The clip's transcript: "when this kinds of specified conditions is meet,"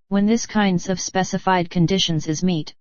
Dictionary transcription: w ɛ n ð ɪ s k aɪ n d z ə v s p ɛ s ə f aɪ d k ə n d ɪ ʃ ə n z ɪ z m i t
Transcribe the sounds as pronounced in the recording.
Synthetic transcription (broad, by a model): w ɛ n ð ɪ s k aɪ n d z ə v s p ɛ s ə f aɪ d k ə n d ɪ ʃ ə n z ɪ z m i t